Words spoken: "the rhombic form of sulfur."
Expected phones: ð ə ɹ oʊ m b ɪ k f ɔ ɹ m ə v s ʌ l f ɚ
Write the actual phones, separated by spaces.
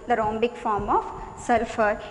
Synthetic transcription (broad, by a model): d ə ɹ oʊ m b ɪ k f ɔ ɹ m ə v s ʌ l f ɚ